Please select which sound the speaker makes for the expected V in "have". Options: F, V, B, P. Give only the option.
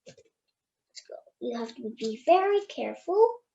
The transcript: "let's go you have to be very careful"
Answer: F